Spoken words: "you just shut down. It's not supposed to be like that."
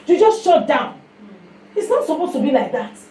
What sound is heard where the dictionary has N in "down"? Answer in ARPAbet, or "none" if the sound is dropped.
N